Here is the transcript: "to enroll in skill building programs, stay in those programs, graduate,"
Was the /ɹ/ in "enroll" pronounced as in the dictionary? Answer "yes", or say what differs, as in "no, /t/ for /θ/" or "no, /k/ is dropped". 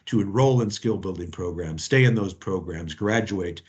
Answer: yes